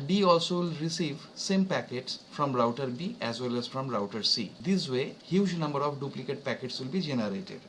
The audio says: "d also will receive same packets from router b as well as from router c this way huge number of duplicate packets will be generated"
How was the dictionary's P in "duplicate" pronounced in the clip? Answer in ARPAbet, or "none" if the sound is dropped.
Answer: P